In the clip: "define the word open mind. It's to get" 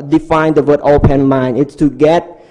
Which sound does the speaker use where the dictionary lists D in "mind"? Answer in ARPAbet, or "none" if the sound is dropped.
none